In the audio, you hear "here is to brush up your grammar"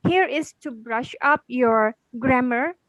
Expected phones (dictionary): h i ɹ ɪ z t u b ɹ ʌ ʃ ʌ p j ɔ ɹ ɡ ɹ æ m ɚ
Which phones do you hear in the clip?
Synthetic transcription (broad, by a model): h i ɹ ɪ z t u b ɹ ʌ ʃ ʌ p j ɔ ɹ ɡ ɹ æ m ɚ